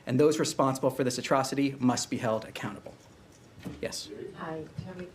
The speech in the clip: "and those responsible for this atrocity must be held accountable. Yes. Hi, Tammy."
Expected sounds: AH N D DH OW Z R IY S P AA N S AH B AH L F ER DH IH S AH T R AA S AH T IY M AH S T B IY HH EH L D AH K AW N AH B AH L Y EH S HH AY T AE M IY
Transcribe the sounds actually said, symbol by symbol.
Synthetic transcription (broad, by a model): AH N DH OW Z R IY S P AA N S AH B L F ER DH IH S AH T R AA S AH T IY M AH S T B IY HH EH L D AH K AW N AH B L Y EH S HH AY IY